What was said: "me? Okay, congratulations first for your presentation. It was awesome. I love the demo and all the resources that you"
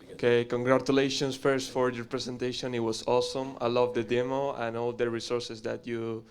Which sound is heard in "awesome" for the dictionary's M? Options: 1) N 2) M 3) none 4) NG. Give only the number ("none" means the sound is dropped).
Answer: 2